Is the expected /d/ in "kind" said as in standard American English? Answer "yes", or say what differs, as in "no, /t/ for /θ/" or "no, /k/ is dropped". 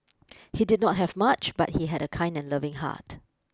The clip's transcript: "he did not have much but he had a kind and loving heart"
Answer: yes